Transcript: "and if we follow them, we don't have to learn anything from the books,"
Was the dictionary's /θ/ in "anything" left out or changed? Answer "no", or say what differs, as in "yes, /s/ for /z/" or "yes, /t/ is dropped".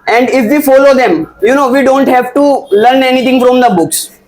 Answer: yes, /t/ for /θ/